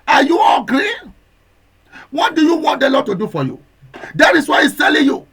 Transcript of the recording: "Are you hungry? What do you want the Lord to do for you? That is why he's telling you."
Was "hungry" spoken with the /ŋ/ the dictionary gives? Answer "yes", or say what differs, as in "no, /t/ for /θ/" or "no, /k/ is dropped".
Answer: no, /ŋ/ is dropped